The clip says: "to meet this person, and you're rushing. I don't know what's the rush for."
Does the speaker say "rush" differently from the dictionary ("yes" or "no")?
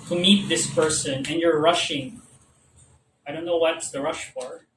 no